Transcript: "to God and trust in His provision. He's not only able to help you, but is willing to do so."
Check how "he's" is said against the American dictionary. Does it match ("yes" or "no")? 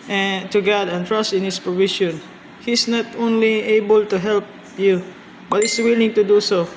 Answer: no